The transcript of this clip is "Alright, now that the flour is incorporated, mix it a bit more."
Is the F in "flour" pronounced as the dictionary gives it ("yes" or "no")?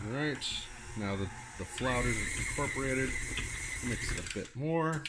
yes